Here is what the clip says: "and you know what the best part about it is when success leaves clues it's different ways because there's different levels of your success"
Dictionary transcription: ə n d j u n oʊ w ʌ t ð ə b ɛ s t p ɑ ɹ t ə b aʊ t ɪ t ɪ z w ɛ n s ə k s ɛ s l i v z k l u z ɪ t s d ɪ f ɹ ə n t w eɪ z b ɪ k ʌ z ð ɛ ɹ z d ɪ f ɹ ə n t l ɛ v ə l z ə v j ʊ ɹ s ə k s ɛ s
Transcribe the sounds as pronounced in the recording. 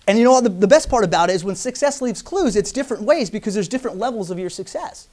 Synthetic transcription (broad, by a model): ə n j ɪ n oʊ w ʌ t ð ə b ɛ s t p ɑ ɹ t ə b aʊ t ɪ t ɪ z w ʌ n s ə k s ɛ s l i v z k l u z ɪ t s d ɪ f ɹ ə n t w eɪ z b ɪ k ʌ z ð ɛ ɹ z d ɪ f ɹ ə n t l ɛ v l z ə v j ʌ ɹ s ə k s ɛ s